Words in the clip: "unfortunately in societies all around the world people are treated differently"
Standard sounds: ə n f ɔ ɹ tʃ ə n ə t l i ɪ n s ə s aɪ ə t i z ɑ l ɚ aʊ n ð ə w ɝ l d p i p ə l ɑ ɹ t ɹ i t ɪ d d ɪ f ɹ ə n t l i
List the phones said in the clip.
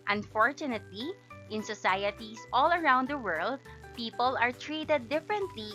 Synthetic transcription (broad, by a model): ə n f ɔ ɹ tʃ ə n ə t l i ɪ n s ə s aɪ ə t i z ɑ l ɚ aʊ n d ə w ɝ l d p i p ə l ɑ ɹ t ɹ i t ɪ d d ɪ f ɹ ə n t l i